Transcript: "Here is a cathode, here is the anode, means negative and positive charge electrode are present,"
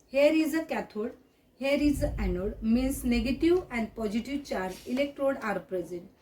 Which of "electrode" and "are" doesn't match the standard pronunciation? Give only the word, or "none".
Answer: none